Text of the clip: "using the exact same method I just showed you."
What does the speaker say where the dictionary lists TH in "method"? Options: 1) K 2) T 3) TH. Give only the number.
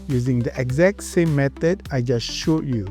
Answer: 2